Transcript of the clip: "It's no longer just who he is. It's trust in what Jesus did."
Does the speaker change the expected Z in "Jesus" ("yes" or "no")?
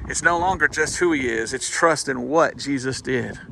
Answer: no